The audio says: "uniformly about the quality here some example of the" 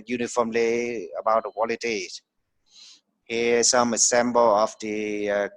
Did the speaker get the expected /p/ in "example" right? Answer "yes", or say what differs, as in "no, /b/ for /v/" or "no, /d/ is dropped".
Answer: no, /b/ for /p/